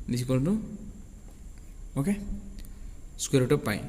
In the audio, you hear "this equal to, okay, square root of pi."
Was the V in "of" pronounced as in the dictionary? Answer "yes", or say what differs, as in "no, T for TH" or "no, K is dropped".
no, P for V